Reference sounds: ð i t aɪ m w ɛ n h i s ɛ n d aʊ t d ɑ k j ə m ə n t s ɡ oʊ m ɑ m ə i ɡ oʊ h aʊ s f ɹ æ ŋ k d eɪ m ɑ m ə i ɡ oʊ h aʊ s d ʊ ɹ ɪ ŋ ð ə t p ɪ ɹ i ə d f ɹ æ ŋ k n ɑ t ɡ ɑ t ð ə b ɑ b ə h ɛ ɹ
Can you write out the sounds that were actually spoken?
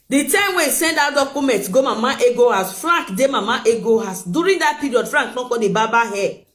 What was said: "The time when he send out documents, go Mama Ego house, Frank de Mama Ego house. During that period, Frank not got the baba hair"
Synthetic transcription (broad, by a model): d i t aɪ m w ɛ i s ɛ n d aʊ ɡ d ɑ k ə m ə n t ɡ oʊ m ɑ m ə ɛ ɡ oʊ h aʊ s f ɹ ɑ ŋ k d eɪ m ɑ m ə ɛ ɡ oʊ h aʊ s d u ɹ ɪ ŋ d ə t p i ɹ i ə d f ɹ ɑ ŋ k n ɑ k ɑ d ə b ɑ b ə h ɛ